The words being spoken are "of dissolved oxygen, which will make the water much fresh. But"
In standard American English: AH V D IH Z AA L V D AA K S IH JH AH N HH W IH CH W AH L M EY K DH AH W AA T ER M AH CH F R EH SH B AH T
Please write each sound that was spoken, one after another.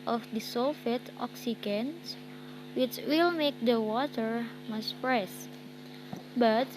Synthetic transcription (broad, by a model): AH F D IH S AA L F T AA K S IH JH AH N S W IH CH W AH L M EY K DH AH W AA T ER M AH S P R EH S B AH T